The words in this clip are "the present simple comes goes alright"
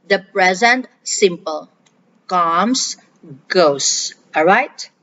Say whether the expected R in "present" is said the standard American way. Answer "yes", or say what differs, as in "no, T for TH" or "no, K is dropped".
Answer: yes